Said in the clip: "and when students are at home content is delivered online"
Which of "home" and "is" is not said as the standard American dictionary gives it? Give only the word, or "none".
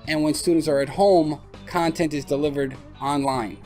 none